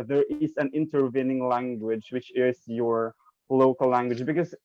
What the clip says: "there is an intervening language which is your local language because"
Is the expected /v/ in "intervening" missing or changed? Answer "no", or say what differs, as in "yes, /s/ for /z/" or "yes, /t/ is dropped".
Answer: no